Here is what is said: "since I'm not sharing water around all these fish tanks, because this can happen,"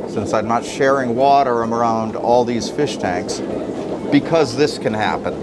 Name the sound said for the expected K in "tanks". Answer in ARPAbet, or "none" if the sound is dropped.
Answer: K